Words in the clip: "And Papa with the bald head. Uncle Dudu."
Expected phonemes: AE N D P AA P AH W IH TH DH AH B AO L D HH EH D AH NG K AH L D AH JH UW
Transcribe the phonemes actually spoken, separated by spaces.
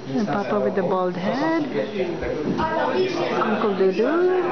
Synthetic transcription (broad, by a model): P AA P AH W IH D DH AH B AO L D HH EH D AH NG K AH L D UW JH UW